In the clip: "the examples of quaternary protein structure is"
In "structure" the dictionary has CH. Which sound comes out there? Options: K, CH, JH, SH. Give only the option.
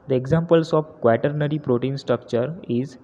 CH